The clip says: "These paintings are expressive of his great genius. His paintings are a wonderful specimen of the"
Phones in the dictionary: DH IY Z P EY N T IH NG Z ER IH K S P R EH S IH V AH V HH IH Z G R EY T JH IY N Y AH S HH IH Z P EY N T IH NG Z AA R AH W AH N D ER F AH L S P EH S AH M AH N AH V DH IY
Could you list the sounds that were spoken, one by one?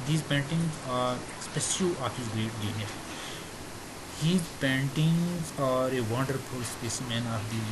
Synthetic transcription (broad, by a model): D IY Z P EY N T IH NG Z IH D S P EH SH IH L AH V HH IH Z G R EY T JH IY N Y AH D HH IH Z P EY N T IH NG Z AA R AH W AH N D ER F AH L S P EH S AH M AH N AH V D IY